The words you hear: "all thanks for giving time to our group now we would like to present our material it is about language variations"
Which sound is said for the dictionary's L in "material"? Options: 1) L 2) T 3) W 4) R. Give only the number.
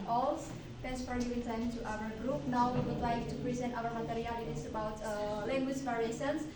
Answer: 3